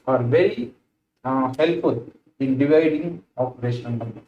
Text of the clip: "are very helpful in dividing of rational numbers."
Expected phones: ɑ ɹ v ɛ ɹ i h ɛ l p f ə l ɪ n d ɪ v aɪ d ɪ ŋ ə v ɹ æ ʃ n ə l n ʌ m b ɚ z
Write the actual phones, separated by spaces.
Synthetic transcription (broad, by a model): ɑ ɹ v ɛ ɹ i h ɛ l p f ə l ɪ n d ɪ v aɪ d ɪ ŋ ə p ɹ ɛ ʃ ə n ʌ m